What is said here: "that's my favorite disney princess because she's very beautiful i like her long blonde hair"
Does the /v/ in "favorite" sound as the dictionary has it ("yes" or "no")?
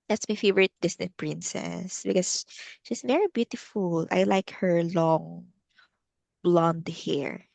yes